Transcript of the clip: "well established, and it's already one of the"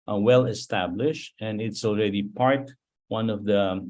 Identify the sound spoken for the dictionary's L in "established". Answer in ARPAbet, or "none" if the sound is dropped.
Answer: L